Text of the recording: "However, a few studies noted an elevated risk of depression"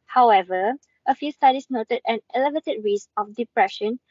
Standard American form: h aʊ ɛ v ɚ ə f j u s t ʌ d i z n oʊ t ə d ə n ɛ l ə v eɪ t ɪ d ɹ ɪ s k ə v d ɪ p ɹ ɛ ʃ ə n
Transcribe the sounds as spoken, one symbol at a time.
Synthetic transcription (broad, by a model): h aʊ ɛ v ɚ ə f j u s t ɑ d i s n oʊ t ə d ə n ɛ l ə v eɪ t ɪ d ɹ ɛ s ə f d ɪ p ɹ ɛ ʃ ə n